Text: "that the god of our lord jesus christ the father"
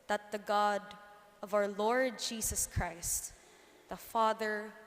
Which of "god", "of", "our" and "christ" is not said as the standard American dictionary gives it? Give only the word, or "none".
none